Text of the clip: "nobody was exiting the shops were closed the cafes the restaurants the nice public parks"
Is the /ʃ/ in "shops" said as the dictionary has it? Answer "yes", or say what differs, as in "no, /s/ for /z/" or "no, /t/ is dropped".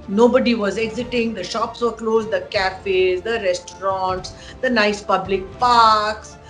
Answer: yes